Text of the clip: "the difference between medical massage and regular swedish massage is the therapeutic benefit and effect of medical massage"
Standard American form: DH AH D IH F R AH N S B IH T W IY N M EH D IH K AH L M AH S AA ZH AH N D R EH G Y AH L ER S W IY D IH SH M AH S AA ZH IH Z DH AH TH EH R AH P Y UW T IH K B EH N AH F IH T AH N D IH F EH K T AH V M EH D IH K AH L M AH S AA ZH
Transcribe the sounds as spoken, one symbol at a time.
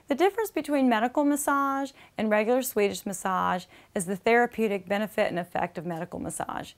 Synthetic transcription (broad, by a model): DH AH D IH F R AH N S B IH T W IY N M EH D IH K L M AH S AA ZH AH N R EH G Y L ER S W IY D IH SH M AH S AA ZH IH Z DH AH TH EH R AH P Y UW T IH K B EH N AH F IH T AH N IH F EH K T AH V M EH D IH K L M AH S AA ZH